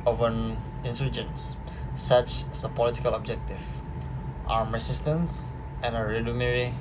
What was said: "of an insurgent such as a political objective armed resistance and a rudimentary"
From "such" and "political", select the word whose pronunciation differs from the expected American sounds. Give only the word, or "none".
none